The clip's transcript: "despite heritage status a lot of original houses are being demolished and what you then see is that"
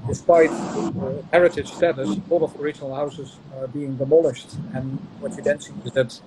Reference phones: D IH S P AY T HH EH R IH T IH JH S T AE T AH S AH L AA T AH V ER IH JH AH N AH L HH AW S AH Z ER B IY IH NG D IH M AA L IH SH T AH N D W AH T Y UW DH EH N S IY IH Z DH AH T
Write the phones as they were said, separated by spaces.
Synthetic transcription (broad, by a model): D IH S P AY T HH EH R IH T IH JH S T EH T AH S AH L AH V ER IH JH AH N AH L HH AW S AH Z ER B IY IH NG D IH M AA L IH SH T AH N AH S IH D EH N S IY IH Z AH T